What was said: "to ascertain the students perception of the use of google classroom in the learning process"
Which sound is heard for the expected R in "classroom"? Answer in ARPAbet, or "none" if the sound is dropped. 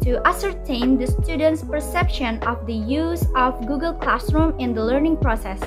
R